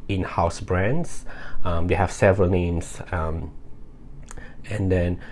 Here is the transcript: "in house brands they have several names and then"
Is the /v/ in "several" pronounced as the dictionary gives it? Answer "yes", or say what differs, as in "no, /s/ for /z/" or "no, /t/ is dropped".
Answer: yes